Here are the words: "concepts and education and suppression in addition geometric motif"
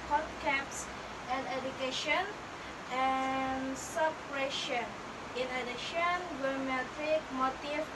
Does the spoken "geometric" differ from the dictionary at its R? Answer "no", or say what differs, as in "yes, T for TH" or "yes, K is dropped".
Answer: yes, R is dropped